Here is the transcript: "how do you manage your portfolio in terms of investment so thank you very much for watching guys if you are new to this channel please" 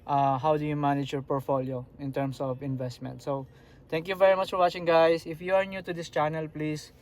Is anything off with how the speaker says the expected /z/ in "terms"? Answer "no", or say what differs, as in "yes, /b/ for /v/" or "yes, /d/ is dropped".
yes, /s/ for /z/